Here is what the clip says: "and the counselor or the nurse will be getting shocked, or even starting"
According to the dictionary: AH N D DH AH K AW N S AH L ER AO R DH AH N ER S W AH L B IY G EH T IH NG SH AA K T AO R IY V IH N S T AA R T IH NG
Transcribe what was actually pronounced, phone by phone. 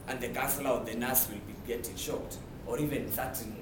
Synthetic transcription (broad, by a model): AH N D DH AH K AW S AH L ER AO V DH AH N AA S W AH L B IY G EH T IH NG SH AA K T AO R IY V IH N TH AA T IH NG